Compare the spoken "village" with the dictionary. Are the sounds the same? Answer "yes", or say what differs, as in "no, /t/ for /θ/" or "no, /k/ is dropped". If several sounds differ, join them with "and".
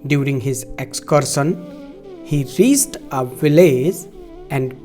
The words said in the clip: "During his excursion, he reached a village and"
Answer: no, /z/ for /dʒ/